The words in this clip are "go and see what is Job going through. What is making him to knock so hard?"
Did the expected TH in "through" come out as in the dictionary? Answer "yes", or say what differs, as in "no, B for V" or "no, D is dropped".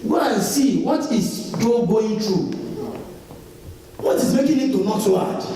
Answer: no, T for TH